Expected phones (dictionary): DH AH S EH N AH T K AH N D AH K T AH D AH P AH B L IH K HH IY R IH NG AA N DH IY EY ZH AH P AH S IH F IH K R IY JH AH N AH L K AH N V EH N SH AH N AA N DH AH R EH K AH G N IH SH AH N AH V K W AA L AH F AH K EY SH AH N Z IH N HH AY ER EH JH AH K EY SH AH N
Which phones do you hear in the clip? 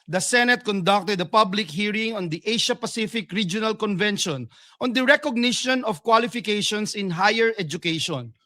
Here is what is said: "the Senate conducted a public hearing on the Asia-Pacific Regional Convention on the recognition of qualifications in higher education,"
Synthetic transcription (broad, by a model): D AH S EH N AH T K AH N D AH K T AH D AH P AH B L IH K HH IY R IH NG AA N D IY EY SH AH P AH S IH F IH K R IY JH AH N AH L K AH N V EH N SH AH N AA N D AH R EH K AH G N IH SH AH N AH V K W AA L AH F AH K EY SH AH N S IH N HH AY ER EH JH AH K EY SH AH N